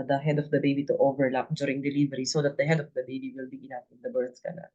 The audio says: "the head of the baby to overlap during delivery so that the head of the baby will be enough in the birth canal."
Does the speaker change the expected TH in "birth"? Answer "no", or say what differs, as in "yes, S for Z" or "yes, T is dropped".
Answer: yes, S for TH